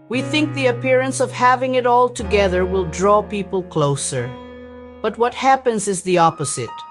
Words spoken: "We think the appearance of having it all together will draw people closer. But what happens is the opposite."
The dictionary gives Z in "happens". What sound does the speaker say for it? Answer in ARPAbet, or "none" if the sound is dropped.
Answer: Z